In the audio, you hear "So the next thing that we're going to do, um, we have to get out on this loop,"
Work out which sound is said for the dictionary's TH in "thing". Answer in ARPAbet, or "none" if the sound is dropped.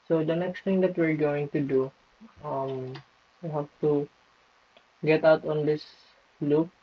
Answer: T